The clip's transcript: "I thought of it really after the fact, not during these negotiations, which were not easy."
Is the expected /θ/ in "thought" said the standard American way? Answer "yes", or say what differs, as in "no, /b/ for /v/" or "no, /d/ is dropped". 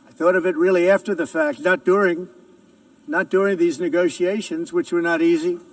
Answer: yes